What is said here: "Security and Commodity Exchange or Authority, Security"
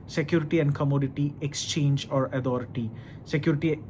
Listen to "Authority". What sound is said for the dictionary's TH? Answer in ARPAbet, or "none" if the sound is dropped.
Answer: T